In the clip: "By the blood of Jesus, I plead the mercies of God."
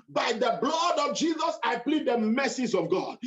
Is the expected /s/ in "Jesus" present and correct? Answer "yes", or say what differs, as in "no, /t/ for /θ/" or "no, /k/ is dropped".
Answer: yes